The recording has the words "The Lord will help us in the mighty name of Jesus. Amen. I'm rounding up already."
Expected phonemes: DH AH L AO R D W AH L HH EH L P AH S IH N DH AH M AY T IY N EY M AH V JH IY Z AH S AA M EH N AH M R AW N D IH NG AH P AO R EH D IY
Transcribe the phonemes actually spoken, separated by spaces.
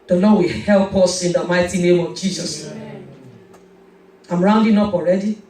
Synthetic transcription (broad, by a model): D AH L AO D W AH HH EH L P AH S IH N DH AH M AY T IY N EY M AH V JH IY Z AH S AA AH M R AW N D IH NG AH P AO R EH D IY